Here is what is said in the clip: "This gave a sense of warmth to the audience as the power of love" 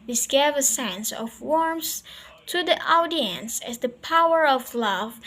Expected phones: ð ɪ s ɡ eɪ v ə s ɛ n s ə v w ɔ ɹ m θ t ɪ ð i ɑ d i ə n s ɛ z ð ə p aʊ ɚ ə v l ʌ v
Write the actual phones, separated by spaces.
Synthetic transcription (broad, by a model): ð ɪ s ɡ eɪ v ə s ɛ n s ə v w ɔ ɹ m s t ɪ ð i ɑ d i ə n s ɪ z ð ə p aʊ ɚ ə v l ʌ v